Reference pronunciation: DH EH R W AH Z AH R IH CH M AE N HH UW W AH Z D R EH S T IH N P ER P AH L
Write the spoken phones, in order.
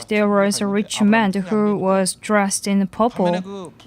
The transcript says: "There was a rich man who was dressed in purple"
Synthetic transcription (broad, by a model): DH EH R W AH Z AH R IH CH M AE N HH UW W AH Z D R EH S T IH N P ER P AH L